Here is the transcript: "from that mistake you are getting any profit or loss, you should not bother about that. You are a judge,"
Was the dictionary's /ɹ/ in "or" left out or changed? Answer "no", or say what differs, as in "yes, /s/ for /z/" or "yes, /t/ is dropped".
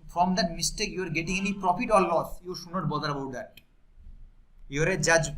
yes, /l/ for /ɹ/